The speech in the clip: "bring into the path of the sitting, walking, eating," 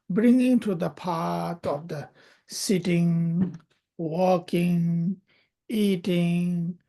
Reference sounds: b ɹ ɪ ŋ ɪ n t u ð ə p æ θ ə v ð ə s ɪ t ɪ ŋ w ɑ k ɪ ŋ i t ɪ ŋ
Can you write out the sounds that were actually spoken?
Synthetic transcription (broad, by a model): b ɹ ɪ ŋ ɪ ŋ t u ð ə p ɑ t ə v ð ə s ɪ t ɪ ŋ w ɑ k ɪ ŋ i t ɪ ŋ